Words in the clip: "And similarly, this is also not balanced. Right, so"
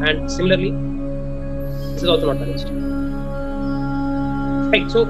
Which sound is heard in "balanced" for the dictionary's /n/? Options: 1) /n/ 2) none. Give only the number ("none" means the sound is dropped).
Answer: 2